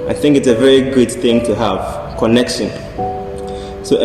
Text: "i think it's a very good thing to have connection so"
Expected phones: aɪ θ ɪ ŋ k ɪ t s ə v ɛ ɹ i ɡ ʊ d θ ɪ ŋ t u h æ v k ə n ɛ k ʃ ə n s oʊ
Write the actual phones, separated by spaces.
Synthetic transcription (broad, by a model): aɪ θ ɪ ŋ k ɪ t s ə v ɛ ɹ i ɡ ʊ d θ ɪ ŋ t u h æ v k ə n ɛ k ʃ ə n s oʊ